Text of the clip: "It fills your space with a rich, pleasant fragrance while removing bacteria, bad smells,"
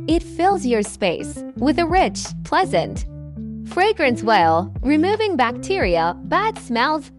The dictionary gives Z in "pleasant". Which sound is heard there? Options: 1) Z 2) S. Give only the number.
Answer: 1